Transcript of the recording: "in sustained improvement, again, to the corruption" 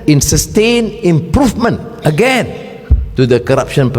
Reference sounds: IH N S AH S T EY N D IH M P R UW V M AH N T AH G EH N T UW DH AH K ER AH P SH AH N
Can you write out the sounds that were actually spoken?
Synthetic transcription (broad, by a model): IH N S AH S T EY N IH M P R UW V M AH N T AH G EH N T UW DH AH K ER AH P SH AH N